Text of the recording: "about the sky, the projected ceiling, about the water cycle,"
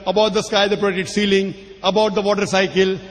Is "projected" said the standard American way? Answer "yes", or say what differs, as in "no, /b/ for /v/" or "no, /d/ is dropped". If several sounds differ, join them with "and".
no, /dʒ/ is dropped and /k/ is dropped